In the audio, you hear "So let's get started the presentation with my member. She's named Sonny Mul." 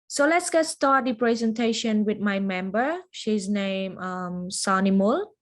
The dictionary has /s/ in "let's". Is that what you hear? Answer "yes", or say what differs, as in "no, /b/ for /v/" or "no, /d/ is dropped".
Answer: yes